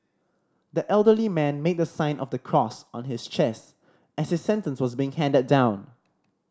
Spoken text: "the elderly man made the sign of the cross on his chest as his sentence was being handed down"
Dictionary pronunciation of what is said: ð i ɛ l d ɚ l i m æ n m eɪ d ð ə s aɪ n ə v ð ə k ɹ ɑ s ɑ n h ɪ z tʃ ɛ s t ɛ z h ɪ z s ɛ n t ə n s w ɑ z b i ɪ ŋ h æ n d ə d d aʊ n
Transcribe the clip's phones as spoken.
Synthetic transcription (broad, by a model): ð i ɛ l d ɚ l i m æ n m eɪ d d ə s aɪ n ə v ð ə k ɹ ɑ s ɑ n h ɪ s tʃ ɛ s t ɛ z h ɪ s ɛ n t ə n s w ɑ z b i ɪ ŋ h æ n d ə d d aʊ n